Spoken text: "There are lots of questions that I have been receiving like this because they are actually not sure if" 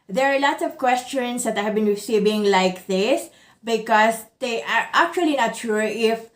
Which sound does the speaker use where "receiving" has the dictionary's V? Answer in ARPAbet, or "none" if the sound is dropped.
B